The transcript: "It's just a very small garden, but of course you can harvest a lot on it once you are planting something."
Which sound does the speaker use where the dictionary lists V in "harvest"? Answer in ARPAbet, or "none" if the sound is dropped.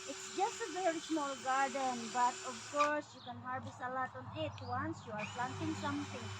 B